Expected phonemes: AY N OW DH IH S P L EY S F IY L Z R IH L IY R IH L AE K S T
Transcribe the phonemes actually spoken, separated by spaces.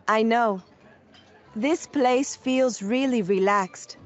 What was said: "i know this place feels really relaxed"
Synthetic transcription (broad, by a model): AY N OW DH IH S P L EY S F IY L Z R IH L IY R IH L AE K S T